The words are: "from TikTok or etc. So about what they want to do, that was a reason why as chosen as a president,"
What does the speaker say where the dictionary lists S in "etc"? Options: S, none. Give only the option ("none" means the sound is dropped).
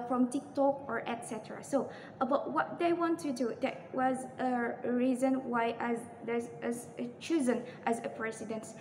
S